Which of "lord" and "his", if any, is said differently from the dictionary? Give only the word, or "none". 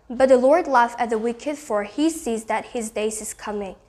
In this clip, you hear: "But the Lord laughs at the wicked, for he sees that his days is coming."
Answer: none